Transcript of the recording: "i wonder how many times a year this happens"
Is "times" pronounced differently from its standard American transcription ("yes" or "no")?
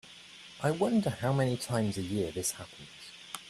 no